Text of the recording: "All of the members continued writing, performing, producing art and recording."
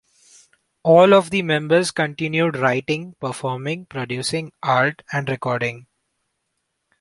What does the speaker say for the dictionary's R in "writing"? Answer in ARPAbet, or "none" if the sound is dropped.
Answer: R